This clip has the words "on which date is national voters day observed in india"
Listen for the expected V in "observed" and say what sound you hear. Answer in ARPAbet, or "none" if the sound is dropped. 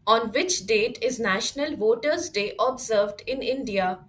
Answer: V